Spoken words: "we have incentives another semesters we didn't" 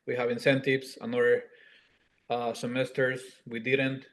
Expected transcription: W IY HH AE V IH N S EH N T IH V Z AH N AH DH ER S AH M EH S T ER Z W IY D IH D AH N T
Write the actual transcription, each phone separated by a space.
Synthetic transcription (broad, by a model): W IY HH AE V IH N S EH N T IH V S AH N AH ER S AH M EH S T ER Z W IY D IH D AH N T